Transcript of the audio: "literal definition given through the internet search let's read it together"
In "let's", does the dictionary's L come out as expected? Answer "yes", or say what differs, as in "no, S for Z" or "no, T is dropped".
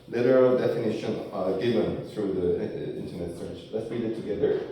yes